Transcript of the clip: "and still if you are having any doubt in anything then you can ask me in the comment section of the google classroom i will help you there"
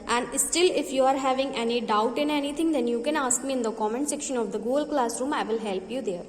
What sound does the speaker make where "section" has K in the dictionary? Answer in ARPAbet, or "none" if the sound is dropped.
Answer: K